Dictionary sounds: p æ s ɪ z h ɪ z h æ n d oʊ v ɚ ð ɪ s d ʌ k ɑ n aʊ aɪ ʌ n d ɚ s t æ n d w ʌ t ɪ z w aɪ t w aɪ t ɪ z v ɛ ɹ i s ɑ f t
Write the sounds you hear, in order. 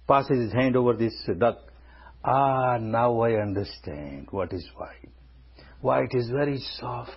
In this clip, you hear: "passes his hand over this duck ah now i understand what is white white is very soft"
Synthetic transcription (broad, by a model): p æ s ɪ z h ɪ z h æ n d oʊ v ɚ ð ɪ s d ʌ k ɑ n aʊ aɪ ʌ n d ɚ s t æ n d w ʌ t ɪ z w aɪ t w aɪ t ɪ z v ɛ ɹ i s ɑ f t